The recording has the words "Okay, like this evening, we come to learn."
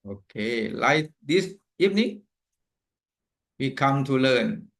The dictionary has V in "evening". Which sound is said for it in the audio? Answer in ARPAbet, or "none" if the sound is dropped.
P